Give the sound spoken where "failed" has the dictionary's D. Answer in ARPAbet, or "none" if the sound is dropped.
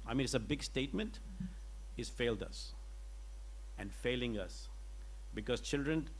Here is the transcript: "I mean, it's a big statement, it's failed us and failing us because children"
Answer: D